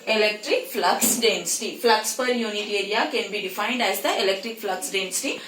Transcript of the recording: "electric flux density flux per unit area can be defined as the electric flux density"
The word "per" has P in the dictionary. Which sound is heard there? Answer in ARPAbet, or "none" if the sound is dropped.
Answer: P